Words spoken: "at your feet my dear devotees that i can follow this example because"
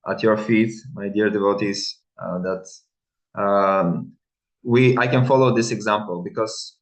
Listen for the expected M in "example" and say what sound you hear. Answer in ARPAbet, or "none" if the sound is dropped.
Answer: M